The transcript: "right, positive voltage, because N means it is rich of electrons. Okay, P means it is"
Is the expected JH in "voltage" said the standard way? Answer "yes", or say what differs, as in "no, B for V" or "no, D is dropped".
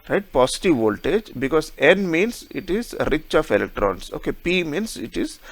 yes